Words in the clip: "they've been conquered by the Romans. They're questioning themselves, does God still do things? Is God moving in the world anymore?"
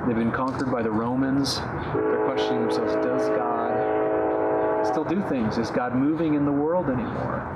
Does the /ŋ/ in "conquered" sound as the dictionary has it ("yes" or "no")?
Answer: yes